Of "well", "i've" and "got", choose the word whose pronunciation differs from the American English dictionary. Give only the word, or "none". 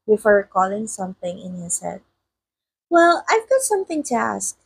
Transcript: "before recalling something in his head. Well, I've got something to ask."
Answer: none